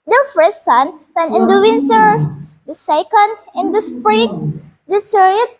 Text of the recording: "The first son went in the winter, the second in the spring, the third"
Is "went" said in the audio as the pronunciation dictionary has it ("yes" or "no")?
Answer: no